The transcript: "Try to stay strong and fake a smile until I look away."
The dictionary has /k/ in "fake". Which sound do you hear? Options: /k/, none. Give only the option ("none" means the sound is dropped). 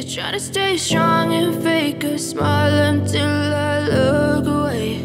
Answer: /k/